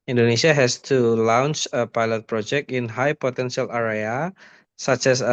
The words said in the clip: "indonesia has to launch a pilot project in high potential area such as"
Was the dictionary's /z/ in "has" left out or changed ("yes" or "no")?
yes